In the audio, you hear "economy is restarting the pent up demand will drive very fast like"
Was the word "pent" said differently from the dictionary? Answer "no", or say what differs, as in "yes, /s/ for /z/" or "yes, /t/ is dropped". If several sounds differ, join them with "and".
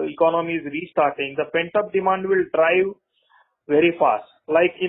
no